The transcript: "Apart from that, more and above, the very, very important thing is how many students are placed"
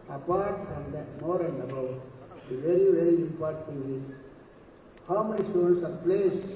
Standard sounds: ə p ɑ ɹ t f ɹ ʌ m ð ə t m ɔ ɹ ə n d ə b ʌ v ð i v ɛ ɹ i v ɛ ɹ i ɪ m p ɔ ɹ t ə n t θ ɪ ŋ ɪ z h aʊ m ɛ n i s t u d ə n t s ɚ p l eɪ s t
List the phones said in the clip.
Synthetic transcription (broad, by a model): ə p ɑ ɹ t f ɹ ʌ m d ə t m ɔ ɹ ə n d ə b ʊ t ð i v ɛ ɹ i v ɛ ɹ i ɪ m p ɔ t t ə t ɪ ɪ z h aʊ m ɛ n i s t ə t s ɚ p l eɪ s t